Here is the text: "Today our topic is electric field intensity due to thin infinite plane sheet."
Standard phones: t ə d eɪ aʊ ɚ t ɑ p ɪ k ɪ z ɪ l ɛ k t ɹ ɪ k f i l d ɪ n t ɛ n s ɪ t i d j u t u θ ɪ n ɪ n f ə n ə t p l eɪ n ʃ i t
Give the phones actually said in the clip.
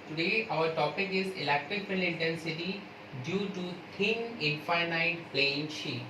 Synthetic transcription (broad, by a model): t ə d eɪ aʊ ɚ t ɑ p ɪ k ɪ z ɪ l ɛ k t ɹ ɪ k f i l ɪ n t ɛ n s ɪ t i d j u t u t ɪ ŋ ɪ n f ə n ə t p l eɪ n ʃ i